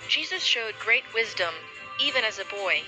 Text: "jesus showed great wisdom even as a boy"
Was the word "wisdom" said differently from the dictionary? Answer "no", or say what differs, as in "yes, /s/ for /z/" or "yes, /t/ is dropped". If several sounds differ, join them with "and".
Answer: no